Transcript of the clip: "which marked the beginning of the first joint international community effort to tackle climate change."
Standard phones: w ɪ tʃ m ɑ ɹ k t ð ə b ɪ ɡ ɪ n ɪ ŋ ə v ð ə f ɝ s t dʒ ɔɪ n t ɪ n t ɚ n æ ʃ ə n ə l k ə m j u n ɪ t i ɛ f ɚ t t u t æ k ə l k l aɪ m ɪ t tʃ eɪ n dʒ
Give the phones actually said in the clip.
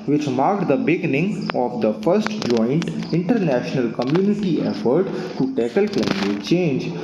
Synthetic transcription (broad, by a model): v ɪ tʃ m ɑ ɹ k t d ə b ɪ ɡ ɪ n ɪ ŋ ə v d ə f ɝ s t dʒ ɔɪ n t ɪ n t ɚ n æ ʃ ə n ə l k ə m j u n ɪ t i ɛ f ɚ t t u t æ k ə l k l aɪ m ɪ t tʃ eɪ n dʒ